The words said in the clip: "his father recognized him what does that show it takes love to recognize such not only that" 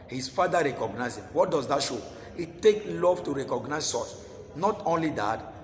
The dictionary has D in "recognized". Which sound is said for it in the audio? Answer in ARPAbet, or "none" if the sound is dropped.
none